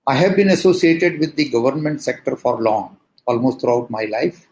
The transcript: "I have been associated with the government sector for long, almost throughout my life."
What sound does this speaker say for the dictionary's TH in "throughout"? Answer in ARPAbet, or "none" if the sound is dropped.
T